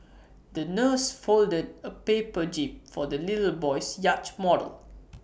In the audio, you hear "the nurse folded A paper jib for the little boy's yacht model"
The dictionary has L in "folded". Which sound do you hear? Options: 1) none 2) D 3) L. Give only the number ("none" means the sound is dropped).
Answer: 3